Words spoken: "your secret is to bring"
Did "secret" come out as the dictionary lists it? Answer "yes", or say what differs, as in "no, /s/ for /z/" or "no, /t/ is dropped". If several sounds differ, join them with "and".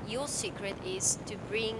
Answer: yes